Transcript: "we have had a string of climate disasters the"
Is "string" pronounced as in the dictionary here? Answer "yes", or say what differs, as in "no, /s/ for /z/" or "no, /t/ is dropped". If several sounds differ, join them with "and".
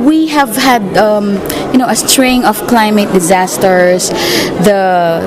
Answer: yes